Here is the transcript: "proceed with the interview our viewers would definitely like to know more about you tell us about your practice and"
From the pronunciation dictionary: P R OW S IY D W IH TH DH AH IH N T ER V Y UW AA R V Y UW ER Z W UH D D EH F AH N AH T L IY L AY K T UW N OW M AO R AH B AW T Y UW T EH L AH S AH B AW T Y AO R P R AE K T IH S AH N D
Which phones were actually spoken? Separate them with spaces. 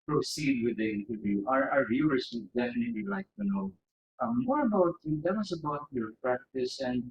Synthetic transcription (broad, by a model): P R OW S IY D W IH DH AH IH N T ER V Y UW AA R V Y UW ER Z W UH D D EH F AH N AH T L IY L AY K T UW N OW M AO R AH B AW T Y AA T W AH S AH B AW T Y AO R P R AE K T IH S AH N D